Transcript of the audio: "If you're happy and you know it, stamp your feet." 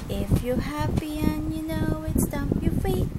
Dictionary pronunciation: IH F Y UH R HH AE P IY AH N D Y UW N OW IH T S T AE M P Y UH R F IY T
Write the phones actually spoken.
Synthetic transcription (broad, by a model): IH F Y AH R HH AE P IY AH N Y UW N OW IH T S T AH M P Y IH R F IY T